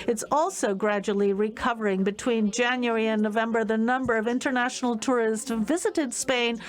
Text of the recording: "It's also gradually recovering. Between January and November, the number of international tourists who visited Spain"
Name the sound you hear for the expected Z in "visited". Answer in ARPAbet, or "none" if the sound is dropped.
Z